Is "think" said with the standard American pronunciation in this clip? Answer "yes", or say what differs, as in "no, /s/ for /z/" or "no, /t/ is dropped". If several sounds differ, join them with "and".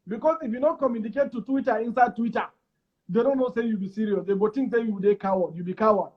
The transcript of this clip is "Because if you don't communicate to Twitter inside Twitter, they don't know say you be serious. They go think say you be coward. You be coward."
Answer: no, /t/ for /θ/